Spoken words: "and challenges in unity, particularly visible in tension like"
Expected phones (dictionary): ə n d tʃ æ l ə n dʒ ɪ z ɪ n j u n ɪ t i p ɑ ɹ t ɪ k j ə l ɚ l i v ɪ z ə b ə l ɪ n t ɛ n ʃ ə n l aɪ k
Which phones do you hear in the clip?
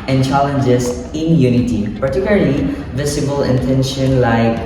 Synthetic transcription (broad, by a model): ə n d tʃ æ l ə n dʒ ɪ s ɪ n j u n ɪ t i p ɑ ɹ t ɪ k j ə l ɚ l i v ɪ s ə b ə l ɪ n t ɛ n ʃ ə n l aɪ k